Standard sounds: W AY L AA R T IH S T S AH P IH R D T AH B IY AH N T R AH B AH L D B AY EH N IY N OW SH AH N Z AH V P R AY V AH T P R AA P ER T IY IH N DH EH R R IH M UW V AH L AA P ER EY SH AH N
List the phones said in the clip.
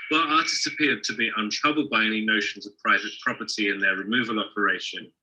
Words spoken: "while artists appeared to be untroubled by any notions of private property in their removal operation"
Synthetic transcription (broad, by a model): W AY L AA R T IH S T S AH P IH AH D T AH B IY AH N T R AH B AH L D B AY EH N IY N OW SH AH N Z AH V P R AY V AH T P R AA P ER T IY IH N DH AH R R IH M UW V AH L AA P ER EY SH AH N